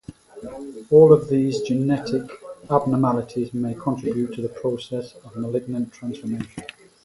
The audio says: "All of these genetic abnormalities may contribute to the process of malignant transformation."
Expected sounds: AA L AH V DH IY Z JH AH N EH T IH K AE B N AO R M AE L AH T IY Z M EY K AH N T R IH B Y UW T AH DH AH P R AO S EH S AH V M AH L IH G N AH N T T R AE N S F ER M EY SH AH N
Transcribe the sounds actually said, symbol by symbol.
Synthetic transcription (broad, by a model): AA L AH V DH IY Z JH AH N EH T IH K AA B N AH M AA L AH T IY Z M EY K AH N T R IH B Y UW T AH DH AH P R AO S EH S AH V M AH L IH G N AH N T T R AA N S F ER M EY SH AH N